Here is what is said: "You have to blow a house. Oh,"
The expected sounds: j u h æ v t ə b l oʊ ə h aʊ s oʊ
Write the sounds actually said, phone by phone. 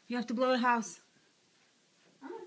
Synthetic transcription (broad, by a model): j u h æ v t ə b l oʊ ə h aʊ s